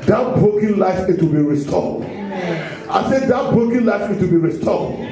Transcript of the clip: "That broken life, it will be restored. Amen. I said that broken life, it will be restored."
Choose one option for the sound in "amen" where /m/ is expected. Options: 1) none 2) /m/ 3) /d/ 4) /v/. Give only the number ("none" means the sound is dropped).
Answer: 1